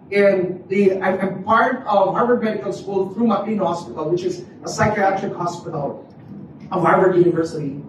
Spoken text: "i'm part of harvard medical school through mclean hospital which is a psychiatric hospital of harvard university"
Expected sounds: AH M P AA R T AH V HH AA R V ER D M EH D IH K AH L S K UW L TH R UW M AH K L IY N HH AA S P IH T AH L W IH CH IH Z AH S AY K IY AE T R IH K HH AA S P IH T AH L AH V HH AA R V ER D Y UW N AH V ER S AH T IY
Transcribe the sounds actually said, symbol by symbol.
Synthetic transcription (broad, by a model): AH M P AA R T AH V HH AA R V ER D M EH D IH K AH L S K UW L TH R UW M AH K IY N HH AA S P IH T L W IH CH IH Z AH S AY K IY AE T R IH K HH AA S P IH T L AH V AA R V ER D Y UW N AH V ER S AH T IY